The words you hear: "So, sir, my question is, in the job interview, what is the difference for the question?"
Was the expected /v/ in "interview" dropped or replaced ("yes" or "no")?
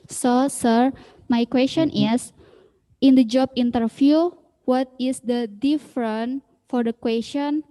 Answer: yes